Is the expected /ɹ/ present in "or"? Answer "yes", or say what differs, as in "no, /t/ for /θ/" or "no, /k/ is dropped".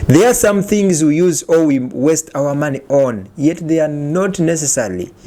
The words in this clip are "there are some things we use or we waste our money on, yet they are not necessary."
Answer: no, /l/ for /ɹ/